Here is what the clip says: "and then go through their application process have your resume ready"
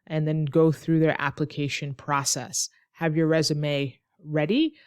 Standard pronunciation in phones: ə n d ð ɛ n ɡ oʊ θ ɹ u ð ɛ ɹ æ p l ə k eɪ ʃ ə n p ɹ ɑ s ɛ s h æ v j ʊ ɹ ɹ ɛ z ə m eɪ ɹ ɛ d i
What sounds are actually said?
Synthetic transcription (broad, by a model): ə n ð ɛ n ɡ oʊ θ ɹ u ð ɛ ɹ æ p l ə k eɪ ʃ ə n p ɹ ɑ s ɛ s h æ v j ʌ ɹ ɹ ɛ z ə m eɪ ɹ ɛ d i